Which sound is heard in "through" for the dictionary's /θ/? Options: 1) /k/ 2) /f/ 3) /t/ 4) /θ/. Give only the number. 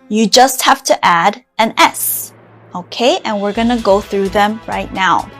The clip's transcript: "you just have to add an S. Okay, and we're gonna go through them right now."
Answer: 4